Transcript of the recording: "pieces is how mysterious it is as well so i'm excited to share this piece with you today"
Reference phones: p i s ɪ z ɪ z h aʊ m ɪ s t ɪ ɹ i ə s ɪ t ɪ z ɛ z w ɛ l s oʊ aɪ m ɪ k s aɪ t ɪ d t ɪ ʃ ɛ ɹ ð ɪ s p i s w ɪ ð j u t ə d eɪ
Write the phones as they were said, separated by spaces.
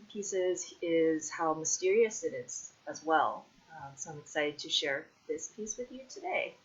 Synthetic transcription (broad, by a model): p i s ɪ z ɪ z h aʊ m ɪ s t ɪ ɹ i ə s ɪ t ɪ z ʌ z w ɛ l s oʊ aɪ m ɪ k s aɪ t ɪ d t ɪ ʃ ɛ ɹ ð ɪ s p i s w ɪ ð j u t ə d eɪ